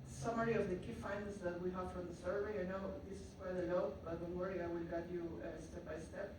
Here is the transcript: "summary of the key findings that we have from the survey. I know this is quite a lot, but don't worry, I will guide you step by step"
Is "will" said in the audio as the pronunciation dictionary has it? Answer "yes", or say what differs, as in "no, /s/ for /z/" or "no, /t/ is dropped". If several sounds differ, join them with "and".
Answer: no, /n/ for /l/